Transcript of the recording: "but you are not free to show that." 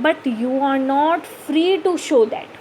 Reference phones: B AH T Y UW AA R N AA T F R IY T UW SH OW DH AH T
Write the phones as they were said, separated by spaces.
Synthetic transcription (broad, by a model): B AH T Y UW AA R N AA T F R IY T UW SH OW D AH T